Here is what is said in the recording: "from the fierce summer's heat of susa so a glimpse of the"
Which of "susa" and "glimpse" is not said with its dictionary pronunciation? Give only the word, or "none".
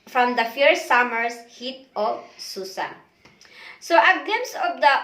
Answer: glimpse